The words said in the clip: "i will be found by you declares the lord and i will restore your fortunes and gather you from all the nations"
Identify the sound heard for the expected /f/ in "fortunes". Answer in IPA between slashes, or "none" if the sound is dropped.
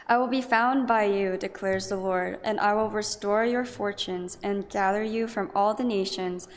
/f/